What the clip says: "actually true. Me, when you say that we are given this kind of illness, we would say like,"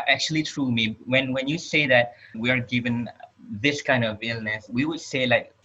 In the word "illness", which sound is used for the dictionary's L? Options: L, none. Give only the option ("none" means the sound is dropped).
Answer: L